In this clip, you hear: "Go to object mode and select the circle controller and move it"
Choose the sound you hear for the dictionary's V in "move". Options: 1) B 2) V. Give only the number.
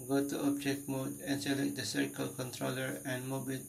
1